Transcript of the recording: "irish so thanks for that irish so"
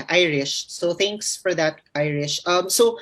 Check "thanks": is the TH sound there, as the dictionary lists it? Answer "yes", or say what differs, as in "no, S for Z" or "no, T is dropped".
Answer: no, T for TH